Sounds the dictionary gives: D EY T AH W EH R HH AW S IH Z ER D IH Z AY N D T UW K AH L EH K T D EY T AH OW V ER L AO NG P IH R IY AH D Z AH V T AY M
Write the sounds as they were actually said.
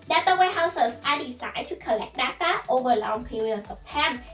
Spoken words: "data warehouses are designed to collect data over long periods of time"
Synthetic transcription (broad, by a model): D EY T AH W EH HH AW S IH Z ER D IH S AY D T UW K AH L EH K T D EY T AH OW V ER L AO NG P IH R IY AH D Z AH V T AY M